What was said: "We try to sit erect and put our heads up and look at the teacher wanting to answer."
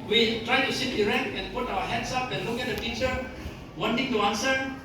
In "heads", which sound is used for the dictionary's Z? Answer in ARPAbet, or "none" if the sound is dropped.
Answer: S